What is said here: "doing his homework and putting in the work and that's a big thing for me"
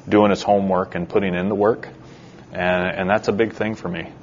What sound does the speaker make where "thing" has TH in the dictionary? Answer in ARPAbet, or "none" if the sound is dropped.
TH